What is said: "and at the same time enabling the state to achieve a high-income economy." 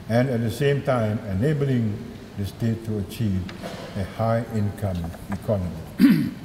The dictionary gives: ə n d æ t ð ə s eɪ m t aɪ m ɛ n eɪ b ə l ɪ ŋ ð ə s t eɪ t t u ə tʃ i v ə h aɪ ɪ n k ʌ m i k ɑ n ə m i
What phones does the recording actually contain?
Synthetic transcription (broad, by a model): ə n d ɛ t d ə s eɪ m t aɪ m ɛ n eɪ b ə l ɪ ŋ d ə s t eɪ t t u ə tʃ i v ə h aɪ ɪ n k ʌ m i k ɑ n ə m i